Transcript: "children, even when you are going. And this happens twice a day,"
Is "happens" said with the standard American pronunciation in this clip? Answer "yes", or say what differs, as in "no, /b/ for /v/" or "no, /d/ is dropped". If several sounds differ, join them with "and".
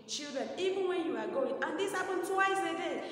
no, /z/ is dropped